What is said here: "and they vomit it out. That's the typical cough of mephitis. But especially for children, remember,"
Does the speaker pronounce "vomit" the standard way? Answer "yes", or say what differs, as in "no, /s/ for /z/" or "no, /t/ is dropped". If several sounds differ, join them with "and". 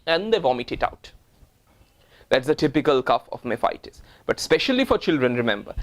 yes